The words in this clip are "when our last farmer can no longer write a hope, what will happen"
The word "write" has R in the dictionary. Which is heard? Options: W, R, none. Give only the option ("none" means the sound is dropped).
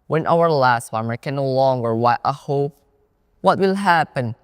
W